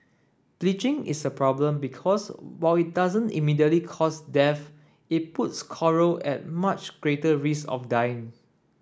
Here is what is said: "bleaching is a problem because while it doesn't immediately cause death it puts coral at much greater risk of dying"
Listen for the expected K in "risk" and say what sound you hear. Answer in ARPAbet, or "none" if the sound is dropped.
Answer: none